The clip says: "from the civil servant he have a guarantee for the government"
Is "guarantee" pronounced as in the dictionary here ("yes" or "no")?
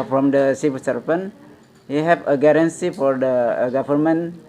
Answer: no